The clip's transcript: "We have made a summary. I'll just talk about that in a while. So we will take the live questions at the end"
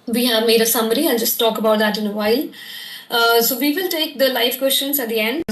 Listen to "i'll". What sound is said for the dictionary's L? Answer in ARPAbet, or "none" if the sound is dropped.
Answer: N